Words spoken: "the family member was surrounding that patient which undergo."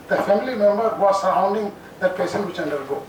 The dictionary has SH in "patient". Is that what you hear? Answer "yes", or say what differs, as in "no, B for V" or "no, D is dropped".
no, S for SH